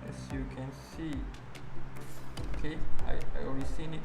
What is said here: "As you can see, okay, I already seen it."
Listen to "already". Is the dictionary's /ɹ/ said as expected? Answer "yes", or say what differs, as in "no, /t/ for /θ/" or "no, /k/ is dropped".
no, /ɹ/ is dropped